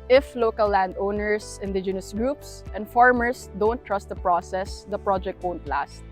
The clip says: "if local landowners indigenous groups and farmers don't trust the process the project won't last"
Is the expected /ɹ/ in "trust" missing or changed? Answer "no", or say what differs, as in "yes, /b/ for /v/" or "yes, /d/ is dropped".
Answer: no